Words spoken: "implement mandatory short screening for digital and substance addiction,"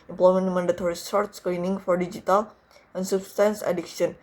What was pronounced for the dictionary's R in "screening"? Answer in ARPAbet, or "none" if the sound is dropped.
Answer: L